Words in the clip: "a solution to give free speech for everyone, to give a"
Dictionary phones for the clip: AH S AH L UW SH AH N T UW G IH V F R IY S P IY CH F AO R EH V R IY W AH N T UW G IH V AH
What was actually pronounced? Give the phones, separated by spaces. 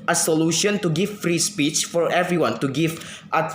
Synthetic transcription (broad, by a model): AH S AH L UW SH AH N T UW G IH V F R IY S P IY CH F AO R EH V R IY W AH N T UW G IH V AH